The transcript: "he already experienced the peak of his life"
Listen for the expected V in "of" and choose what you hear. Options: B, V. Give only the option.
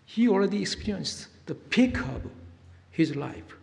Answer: B